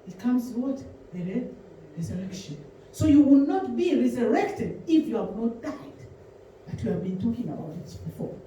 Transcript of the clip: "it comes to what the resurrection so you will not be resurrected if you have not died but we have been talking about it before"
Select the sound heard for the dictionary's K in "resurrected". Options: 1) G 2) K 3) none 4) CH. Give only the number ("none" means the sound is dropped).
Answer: 2